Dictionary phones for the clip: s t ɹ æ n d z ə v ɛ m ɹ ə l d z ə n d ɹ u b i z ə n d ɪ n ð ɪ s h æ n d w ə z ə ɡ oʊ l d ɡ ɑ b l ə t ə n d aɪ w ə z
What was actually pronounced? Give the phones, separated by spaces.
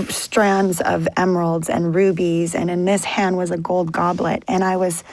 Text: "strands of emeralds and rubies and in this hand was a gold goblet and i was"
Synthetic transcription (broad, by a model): s t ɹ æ n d z ə v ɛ m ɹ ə l d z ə n ɹ u b i z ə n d ɪ n ð ɪ s h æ n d w ə z ə ɡ oʊ l d ɡ ɑ b l ə t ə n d aɪ w ə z